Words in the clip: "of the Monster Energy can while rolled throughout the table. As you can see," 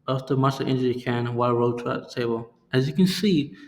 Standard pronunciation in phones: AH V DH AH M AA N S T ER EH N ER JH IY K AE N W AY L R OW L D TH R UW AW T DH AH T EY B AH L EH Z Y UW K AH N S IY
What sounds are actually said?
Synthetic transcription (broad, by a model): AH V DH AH M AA S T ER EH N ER IY K AE N W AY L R OW D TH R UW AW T DH AH T EY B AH L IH Z Y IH K AH N S IY